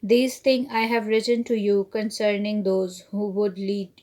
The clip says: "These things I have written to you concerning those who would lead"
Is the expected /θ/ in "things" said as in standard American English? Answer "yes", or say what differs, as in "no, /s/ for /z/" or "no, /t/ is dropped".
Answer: no, /t/ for /θ/